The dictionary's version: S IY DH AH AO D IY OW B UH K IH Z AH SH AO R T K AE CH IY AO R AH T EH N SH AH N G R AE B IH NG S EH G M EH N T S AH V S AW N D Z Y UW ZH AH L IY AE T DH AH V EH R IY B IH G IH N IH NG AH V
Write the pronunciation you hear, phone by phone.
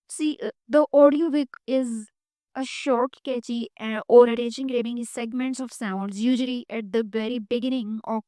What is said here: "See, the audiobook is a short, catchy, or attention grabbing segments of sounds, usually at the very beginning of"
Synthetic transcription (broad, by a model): S IY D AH AO D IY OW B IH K IH Z AH SH AO R T K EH CH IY AO R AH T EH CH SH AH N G R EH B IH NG S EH G M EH N T S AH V S AW N D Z Y UW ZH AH L IY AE T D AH V EH R IY B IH G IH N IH NG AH